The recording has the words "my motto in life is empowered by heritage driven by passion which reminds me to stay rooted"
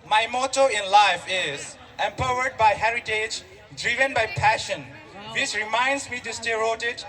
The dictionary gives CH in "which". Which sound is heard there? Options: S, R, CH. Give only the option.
S